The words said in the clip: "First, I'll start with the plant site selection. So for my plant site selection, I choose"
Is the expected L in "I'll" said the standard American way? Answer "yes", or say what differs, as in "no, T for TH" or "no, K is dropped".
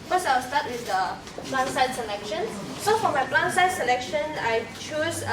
no, W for L